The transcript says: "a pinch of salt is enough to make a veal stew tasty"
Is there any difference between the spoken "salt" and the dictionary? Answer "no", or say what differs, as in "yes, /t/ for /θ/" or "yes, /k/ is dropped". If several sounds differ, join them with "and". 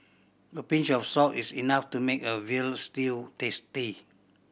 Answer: yes, /l/ is dropped